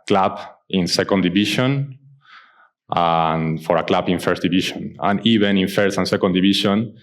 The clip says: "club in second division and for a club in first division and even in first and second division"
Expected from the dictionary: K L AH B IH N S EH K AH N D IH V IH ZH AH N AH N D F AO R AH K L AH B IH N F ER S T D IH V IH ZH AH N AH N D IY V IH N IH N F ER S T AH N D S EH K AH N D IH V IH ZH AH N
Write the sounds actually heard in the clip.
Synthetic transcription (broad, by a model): K L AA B IH N S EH K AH N D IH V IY SH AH N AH N F AO R AH K L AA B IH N F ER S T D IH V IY SH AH N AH N IY B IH N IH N F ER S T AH N S EH K AH N D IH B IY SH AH N